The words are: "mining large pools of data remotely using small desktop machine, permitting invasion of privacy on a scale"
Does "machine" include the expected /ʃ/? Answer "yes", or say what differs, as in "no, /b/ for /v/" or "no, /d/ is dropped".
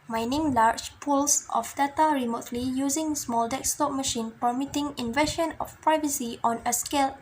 yes